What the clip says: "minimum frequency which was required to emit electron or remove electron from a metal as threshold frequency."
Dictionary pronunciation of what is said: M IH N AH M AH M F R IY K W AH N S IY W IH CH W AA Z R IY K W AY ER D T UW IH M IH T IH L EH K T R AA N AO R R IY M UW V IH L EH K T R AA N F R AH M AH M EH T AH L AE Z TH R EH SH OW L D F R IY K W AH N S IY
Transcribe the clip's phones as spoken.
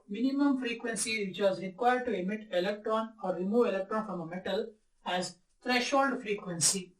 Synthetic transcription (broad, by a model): M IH N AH M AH M F R IY K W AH N S IY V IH CH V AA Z R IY K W AY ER D T UW IH M IH T IH L EH K T R AA N AO R R IY M UW V IH L EH K T R AA N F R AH M AH M EH T AH L AE Z T R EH SH OW L D F R IY K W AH N S IY